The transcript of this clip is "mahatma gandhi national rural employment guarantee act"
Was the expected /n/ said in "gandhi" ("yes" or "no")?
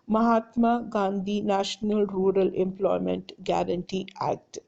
yes